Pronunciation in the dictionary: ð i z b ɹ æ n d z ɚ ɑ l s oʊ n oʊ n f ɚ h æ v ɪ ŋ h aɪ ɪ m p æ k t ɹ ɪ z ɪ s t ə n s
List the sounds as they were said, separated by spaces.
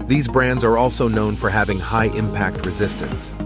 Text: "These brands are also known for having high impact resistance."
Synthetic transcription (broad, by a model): ð i z b ɹ æ n d z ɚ ɑ l s oʊ n oʊ n f ɚ h æ v ɪ ŋ h aɪ ɪ m p æ k t ɹ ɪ z ɪ s t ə n s